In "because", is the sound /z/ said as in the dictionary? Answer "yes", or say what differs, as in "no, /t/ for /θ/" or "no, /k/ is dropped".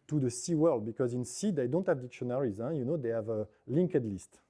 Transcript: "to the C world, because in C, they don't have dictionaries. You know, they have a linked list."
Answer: yes